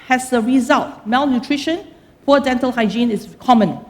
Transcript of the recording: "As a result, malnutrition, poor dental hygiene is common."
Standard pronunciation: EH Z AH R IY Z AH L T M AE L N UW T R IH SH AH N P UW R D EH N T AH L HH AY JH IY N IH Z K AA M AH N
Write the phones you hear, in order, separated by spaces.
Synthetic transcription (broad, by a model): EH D AH R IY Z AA L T M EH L N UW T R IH SH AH N P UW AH D EH N T AH L HH AY JH IY N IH S K AA M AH N